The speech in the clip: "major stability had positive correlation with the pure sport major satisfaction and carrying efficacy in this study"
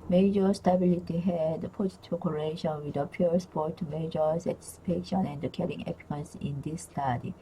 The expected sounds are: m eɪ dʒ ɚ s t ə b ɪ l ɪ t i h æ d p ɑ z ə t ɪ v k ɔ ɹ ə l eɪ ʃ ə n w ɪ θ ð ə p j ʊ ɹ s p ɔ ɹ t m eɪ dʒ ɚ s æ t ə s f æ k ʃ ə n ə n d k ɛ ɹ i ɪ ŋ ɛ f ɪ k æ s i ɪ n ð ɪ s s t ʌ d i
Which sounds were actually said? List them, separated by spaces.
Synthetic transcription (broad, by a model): m eɪ dʒ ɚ s t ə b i l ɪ t i h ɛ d p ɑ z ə t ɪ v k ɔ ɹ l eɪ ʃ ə n w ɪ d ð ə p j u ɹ s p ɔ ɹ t m eɪ dʒ ɚ s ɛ t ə s p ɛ ʃ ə n ə n d k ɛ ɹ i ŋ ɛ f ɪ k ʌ s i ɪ n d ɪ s s t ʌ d i